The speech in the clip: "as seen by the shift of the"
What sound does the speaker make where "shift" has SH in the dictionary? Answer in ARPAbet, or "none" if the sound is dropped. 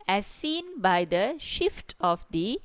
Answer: SH